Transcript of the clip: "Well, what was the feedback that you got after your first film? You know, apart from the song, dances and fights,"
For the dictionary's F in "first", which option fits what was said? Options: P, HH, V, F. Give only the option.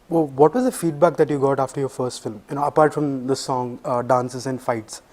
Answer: F